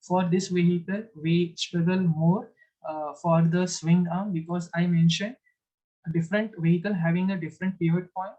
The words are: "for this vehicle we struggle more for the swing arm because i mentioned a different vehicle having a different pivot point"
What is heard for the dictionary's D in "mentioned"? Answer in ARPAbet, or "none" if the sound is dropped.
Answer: D